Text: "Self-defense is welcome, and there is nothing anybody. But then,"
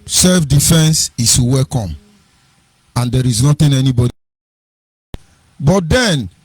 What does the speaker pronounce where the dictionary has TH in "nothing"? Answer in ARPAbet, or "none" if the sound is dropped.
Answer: T